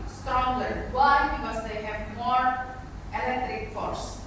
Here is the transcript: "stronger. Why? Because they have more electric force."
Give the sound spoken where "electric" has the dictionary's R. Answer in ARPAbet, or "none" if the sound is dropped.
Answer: R